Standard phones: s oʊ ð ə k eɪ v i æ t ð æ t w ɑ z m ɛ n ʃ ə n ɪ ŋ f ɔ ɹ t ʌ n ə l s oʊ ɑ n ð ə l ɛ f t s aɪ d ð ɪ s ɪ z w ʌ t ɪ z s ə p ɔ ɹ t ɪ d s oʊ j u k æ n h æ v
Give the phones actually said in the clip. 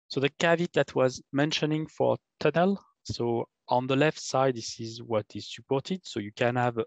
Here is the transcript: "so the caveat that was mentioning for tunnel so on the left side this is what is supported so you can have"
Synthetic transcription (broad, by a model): s oʊ ð ə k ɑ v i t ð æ t w ɑ z m ɛ n ʃ ə n ɪ ŋ f ɔ ɹ t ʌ n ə l s oʊ ɑ n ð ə l ɛ f t s aɪ d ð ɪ s ɪ z w ʌ t ɪ z s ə p ɔ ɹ t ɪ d s oʊ j u k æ n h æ v